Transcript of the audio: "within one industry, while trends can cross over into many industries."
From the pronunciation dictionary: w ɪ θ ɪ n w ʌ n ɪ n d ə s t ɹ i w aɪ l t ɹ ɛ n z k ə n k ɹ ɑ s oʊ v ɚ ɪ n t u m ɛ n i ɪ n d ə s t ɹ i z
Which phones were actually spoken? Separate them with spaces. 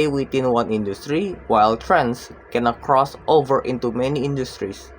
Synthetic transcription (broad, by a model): w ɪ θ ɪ n w ʌ n ɪ n d ə s t ɹ i w aɪ l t ɹ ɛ n s k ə n k ɹ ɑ s oʊ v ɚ ɪ n t u m ɛ n i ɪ n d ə s t ɹ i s